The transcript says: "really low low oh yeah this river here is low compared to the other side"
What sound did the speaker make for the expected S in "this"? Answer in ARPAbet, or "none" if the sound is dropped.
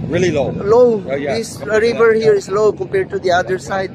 none